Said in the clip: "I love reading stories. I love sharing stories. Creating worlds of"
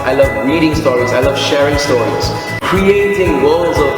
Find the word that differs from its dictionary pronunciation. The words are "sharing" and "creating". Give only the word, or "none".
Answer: none